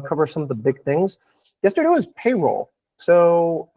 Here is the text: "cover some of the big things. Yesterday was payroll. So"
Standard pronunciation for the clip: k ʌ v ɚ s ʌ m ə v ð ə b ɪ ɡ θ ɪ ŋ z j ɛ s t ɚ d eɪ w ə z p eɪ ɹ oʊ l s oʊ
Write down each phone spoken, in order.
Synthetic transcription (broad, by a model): k ʌ v ɚ s ʌ m ə v ð ə b ɪ ɡ θ ɪ ŋ z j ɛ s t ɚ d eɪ w ə z p eɪ ɹ oʊ l s oʊ